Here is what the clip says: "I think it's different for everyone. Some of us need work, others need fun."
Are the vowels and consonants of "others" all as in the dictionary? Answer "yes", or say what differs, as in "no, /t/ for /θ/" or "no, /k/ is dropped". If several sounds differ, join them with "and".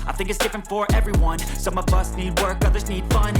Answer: yes